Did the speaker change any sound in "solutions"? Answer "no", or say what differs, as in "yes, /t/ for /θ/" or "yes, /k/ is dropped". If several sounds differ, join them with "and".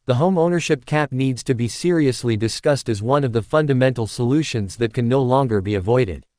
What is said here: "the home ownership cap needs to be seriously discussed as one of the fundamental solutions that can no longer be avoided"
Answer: no